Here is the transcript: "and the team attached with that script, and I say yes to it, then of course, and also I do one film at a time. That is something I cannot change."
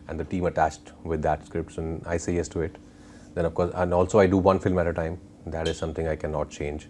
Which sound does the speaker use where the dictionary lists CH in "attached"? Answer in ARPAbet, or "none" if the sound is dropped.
CH